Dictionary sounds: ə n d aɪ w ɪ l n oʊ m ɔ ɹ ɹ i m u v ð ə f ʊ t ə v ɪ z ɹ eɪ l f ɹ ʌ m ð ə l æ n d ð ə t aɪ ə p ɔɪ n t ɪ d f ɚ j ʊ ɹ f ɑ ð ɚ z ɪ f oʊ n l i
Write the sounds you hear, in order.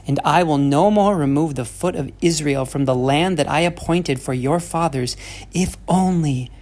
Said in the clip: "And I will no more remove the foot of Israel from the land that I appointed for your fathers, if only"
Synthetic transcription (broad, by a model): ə n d aɪ w ɪ l n oʊ m ɔ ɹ ɹ i m u v ð ə f ʊ t ə v ɪ z ɹ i l f ɹ ʌ m ð ə l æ n ð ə t aɪ ə p ɔɪ n t ɪ d f ɚ j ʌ ɹ f ɑ ð ɚ z ɪ f oʊ n l i